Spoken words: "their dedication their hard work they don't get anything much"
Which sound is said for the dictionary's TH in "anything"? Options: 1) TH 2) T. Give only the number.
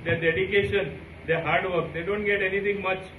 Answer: 2